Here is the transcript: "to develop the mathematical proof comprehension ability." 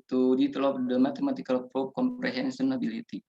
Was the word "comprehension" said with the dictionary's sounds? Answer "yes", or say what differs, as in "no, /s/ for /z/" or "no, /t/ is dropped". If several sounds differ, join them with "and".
no, /s/ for /ʃ/